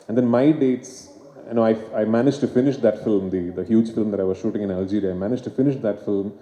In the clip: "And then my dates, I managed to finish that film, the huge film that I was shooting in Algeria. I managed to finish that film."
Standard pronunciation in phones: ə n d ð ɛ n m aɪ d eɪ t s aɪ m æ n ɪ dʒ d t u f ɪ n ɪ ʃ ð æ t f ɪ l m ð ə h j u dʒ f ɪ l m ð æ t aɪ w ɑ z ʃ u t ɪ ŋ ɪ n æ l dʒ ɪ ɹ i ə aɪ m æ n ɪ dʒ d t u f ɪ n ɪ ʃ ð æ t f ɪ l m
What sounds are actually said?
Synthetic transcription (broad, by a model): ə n d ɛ n m aɪ d eɪ t s aɪ m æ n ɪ dʒ t u f ɪ n ɪ ʃ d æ t f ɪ l m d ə h j u dʒ f ɪ l m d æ t aɪ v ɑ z ʃ u t ɪ ŋ ɪ n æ l dʒ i ɹ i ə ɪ m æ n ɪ dʒ t u f ɪ n ɪ ʃ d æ t f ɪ l m